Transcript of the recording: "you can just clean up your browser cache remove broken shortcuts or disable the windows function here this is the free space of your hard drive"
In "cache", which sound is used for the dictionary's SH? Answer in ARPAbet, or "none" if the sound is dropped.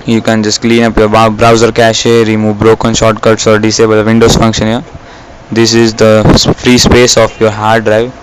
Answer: SH